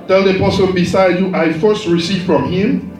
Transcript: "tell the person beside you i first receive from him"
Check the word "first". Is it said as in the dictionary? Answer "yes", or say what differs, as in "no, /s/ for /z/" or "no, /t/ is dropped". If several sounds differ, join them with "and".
yes